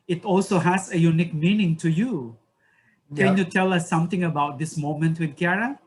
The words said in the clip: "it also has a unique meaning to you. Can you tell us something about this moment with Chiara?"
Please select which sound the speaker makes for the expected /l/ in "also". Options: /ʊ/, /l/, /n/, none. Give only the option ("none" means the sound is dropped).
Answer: /l/